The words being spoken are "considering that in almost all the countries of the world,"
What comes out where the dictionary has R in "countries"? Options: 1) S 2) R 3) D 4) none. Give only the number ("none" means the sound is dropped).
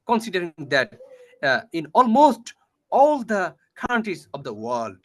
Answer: 4